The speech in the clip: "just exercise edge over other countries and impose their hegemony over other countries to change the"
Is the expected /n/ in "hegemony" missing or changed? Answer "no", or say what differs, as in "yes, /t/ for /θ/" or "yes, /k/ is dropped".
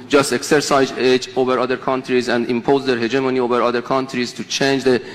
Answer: no